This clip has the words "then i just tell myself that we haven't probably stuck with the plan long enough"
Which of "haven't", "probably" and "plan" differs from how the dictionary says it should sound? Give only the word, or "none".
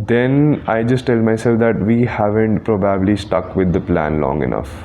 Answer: none